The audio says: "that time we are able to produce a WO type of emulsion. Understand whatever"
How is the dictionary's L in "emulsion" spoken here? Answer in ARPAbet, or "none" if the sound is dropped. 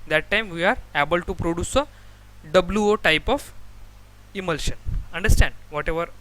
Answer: L